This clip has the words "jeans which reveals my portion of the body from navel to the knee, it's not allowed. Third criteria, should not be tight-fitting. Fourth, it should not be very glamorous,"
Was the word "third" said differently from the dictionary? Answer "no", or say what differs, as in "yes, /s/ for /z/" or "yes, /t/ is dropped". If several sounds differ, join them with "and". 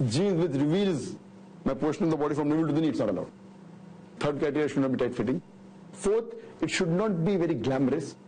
yes, /t/ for /θ/